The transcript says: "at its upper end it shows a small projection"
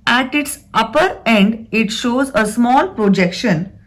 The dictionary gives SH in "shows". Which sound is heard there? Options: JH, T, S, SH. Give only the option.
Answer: SH